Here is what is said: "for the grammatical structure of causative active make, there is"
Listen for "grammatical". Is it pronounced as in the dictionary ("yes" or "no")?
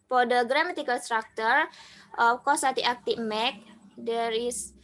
no